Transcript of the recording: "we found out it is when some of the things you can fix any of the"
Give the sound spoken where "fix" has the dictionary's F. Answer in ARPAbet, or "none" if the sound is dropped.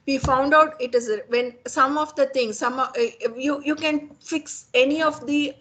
F